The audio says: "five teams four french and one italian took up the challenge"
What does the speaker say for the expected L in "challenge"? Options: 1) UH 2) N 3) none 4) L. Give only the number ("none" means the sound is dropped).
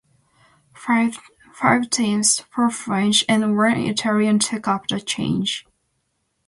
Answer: 3